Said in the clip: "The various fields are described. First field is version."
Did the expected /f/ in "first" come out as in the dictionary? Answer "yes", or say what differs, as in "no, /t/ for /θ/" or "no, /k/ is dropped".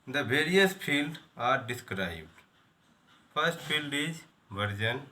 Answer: no, /p/ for /f/